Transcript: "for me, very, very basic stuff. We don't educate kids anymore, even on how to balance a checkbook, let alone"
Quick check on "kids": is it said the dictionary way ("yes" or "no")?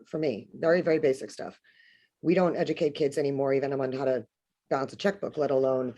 yes